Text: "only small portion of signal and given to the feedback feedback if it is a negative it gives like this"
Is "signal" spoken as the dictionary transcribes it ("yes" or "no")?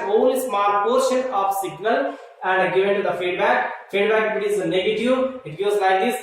yes